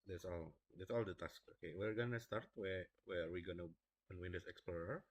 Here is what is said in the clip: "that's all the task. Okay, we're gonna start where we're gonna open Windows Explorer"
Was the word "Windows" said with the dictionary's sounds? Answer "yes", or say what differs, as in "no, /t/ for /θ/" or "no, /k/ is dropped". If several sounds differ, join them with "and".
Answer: no, /s/ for /z/